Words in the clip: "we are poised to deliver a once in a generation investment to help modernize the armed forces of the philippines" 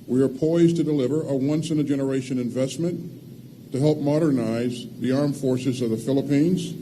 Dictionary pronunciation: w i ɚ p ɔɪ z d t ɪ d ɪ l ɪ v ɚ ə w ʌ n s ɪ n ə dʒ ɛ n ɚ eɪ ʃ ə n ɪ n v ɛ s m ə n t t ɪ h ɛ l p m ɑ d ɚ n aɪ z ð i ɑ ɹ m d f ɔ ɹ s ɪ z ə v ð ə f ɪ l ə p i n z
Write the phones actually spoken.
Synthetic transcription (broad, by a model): w i ɚ p ɔɪ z t ɪ d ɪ l ɪ v ɚ ə w ʌ n s ɪ n ə dʒ ɛ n ɚ eɪ ʃ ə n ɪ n v ɛ s m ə n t t ɪ h ɛ l p m ɑ d ɚ n aɪ z ð i ɑ ɹ m f ɔ ɹ s ɪ z ə v ð ə f ɪ l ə p i n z